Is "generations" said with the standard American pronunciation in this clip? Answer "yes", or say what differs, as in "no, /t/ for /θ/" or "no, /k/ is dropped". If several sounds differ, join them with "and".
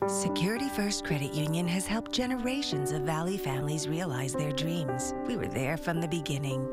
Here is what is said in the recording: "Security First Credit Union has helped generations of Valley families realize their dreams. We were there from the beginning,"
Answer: yes